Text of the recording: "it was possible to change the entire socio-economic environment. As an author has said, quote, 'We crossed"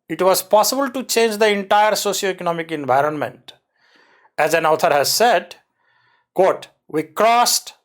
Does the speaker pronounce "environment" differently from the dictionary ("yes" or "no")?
no